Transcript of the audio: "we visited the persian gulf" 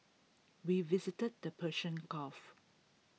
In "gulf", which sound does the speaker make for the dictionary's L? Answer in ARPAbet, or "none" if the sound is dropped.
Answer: none